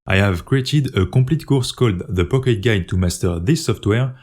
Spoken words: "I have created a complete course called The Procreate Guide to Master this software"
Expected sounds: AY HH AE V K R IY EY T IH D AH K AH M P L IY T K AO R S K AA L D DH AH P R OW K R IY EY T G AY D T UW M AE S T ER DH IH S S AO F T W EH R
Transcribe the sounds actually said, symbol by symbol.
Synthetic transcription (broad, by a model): AY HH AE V K R IY EY T IH D AH K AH P L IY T K AO R S K AA L D DH AH P OW K IY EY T G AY T UW M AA S T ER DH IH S S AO F T W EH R